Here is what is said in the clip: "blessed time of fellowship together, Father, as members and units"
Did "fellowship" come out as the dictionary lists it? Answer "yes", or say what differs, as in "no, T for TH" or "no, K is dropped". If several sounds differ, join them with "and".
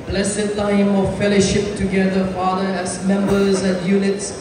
yes